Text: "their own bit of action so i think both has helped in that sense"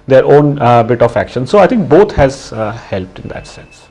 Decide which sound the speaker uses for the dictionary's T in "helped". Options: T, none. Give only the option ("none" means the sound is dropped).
T